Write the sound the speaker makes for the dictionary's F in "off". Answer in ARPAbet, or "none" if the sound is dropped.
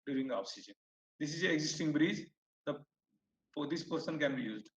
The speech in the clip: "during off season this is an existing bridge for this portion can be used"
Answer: P